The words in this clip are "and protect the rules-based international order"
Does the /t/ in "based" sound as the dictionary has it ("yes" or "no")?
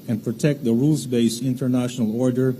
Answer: no